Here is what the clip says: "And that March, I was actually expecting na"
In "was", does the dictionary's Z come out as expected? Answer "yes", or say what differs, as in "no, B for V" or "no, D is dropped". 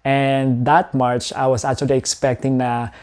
no, S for Z